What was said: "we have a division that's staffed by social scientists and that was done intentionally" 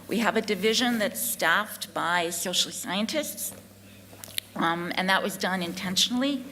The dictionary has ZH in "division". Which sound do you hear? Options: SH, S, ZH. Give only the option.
ZH